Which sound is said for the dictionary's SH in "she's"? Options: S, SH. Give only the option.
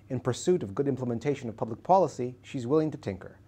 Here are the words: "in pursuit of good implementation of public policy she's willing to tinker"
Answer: SH